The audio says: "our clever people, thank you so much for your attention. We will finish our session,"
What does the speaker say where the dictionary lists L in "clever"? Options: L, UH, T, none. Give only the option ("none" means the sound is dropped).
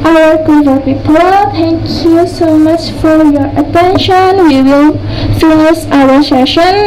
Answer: none